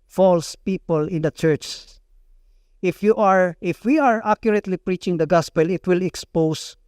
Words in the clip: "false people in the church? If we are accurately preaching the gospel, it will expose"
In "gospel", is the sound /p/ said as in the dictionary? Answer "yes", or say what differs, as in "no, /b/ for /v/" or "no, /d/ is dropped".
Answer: yes